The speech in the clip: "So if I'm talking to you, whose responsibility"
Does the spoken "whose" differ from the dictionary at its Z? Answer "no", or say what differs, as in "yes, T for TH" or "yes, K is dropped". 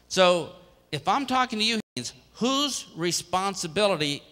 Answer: no